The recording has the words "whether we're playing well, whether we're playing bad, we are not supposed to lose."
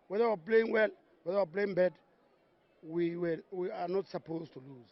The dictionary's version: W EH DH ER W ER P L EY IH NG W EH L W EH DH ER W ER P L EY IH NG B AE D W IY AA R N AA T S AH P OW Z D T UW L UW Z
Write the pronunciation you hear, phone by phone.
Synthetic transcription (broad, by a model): W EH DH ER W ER P L EY IH NG W EH L W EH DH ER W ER P L EY IH NG B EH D W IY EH W N AA T S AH P OW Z T UW L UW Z